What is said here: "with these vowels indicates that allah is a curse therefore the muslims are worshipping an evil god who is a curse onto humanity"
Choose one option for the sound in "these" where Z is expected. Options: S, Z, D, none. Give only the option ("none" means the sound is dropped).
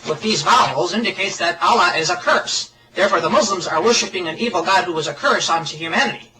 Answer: Z